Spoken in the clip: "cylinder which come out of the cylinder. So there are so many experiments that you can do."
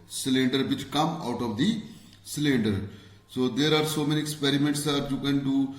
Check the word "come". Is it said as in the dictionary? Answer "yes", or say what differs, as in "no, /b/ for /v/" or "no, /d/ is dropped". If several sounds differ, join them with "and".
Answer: yes